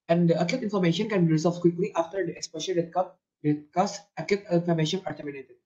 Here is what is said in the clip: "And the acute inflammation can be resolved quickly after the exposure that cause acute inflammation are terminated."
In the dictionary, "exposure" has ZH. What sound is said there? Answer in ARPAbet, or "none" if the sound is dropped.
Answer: SH